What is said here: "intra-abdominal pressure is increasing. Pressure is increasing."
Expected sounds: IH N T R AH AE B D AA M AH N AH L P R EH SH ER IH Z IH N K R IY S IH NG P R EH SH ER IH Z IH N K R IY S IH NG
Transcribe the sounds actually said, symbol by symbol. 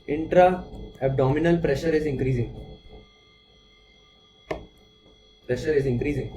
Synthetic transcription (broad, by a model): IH N T R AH AE B D AA M AH N AH L P R EH SH ER IH Z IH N K R IY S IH NG P R EH SH ER IH Z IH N K R IY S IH NG